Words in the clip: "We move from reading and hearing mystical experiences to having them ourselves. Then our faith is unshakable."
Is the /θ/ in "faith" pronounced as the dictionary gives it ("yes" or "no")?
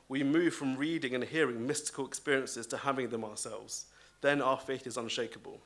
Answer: yes